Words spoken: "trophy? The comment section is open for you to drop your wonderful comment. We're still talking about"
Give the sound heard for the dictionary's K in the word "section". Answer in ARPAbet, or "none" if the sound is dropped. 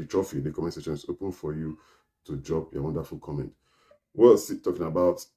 none